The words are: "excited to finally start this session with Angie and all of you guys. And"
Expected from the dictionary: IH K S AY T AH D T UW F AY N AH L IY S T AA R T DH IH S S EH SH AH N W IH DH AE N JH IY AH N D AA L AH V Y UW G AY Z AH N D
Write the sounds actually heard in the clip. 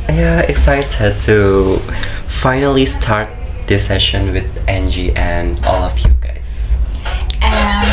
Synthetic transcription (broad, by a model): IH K S AY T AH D T UW F AY N AH L IY S T AA R T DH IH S S EH SH AH N W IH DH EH N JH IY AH N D AA L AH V Y UW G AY AH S